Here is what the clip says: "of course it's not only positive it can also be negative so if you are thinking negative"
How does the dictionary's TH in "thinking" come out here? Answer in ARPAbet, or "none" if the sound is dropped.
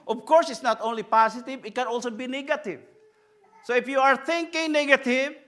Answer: T